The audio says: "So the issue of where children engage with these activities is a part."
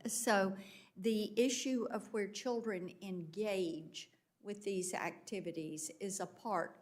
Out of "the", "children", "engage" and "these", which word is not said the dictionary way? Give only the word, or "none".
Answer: none